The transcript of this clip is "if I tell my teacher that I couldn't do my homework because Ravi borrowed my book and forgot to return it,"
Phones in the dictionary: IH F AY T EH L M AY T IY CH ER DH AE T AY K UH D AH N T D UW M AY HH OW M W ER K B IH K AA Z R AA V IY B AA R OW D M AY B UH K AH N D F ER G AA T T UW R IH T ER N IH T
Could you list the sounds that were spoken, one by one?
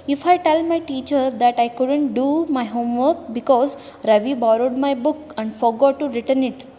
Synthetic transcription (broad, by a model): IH F AY T EH L M AY T IY CH ER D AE T AY K UH D AH N T D UW M AY HH OW M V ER K B IH K AA Z R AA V IY B AA R OW D M AY B UH K AH N D F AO G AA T T UW R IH T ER N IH T